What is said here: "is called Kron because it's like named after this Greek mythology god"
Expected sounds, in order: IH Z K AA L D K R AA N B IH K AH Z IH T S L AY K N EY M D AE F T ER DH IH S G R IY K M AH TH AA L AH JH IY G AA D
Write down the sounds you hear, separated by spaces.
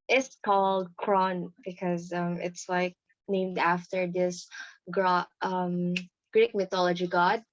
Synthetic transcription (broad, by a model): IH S K AA L D K R AA N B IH K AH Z IH T S L AY K N EY M D AE F T ER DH IH S G R IY K M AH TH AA L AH JH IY G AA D